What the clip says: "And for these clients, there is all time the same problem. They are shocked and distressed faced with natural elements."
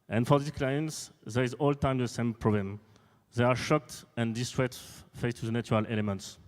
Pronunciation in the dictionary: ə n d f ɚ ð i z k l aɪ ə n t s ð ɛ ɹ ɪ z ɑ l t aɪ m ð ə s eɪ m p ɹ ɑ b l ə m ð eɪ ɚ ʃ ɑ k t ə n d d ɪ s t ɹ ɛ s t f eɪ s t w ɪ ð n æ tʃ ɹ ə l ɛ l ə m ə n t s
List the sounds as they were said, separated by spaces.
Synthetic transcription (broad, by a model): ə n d f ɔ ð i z k l aɪ ə n t s ð ɛ ɹ ɪ z ɑ l t aɪ m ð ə s eɪ m p ɹ ɑ b l ə m ð eɪ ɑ ʃ ɑ k t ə n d d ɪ s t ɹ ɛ t f eɪ s t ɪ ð n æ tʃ ɹ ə l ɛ l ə m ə n t s